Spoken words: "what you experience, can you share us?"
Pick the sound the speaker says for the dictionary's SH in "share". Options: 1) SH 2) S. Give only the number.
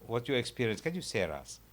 2